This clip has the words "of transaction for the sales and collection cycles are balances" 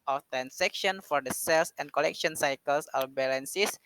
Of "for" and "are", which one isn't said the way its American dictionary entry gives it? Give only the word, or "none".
are